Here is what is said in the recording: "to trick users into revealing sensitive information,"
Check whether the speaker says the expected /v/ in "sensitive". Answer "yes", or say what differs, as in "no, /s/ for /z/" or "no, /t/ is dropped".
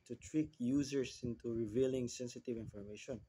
yes